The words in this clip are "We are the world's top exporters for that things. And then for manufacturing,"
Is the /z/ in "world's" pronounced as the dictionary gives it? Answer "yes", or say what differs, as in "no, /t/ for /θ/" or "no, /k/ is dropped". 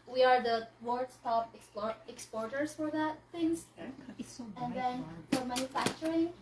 no, /s/ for /z/